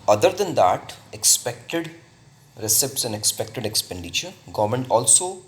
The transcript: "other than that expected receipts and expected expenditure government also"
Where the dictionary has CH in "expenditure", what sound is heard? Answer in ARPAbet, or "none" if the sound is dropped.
CH